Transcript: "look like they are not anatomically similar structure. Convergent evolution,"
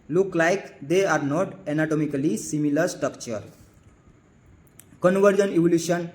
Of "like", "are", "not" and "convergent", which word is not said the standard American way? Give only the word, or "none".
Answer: convergent